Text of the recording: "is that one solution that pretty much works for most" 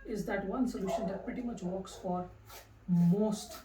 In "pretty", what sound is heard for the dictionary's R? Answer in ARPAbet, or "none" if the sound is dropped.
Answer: none